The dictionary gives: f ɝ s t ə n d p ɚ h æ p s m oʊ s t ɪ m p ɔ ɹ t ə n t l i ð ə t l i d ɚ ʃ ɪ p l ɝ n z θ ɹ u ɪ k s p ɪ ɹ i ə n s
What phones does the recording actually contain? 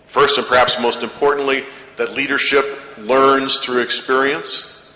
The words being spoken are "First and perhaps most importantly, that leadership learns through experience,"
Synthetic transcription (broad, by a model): f ɝ s t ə n p ɚ h æ p s m oʊ s t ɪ m p ɔ ɹ t n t l i ð ə t l i d ɚ ʃ ɪ p l ɝ n z θ ɹ u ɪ k s p ɪ ɹ i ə n s